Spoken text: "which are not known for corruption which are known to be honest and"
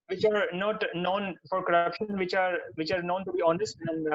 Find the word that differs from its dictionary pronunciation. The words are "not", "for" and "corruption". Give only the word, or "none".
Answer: none